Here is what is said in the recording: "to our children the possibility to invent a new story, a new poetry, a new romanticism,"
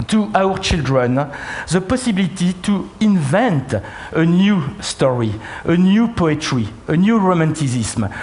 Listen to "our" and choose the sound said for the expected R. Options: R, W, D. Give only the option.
R